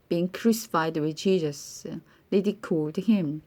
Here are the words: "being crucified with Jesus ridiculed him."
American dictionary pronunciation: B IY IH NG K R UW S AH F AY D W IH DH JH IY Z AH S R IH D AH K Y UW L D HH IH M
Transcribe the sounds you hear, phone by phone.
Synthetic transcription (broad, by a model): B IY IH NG K R UW S AH F AY D W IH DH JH IY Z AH S L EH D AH K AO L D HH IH M